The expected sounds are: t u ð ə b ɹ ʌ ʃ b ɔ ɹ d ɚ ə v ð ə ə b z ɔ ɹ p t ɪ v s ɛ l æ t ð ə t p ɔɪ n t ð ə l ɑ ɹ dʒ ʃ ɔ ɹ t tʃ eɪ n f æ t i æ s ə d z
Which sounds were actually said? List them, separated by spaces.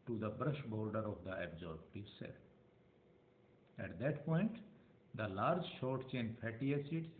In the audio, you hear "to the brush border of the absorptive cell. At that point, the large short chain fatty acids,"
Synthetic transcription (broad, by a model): t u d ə b ɹ ʌ ʃ b ɔ ɹ d ɚ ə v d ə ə b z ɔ ɹ b t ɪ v s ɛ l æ t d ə t p ɔɪ n t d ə l ɑ ɹ dʒ ʃ ɔ ɹ t tʃ eɪ n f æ t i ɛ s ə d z